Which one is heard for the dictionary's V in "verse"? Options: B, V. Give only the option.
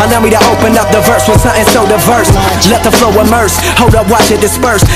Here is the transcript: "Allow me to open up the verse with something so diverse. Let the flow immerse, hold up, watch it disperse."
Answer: V